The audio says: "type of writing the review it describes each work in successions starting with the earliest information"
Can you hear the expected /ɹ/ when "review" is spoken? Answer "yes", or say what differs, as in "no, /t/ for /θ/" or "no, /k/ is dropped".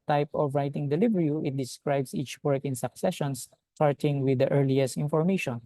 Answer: no, /l/ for /ɹ/